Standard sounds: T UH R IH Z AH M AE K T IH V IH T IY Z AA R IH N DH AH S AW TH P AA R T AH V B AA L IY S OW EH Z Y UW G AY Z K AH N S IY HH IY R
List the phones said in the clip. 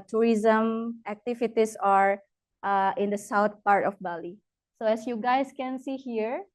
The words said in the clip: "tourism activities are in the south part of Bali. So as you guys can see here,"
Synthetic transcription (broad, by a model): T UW R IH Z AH M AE K T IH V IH T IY S AA R IH N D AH S AW T P AA R T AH F B AA L IY S OW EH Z Y UW G AY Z K AH N S IY HH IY R